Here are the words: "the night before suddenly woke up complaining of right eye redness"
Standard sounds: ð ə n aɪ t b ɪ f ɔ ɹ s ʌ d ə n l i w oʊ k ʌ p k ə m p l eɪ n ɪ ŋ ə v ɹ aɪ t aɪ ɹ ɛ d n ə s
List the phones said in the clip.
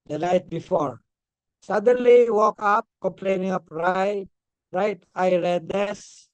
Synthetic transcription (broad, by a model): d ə n aɪ t b ɪ f ɔ ɹ s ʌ d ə n l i w oʊ k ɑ p k ə m p l eɪ n ɪ ŋ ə p ɹ aɪ t aɪ ɹ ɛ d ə s